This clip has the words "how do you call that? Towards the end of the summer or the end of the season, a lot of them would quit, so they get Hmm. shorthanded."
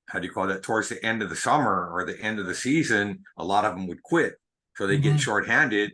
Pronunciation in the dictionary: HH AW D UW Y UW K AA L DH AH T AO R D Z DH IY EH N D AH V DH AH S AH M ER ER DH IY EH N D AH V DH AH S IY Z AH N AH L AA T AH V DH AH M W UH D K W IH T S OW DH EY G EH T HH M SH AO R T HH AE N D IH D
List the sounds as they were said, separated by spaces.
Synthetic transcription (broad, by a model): HH AW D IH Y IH K AA L DH AH T AO R D Z DH IY EH N D AH V DH AH S AH M ER ER DH IY EH N D AH V DH AH S IY Z AH N AH L AA T AH V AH M W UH D K W IH T S OW DH EY G EH T SH AO R T HH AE N D IH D